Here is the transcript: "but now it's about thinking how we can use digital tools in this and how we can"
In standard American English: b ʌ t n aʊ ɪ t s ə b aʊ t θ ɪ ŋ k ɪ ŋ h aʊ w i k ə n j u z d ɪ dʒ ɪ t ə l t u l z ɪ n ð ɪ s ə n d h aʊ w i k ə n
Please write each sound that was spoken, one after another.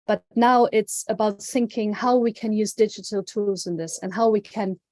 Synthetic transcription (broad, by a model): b ʌ t n aʊ ɪ t s ə b aʊ t θ ɪ ŋ k ɪ ŋ h aʊ w i k ə n j u z d ɪ dʒ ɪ t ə l t u l z ɪ n ð ɪ s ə n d h aʊ w i k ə n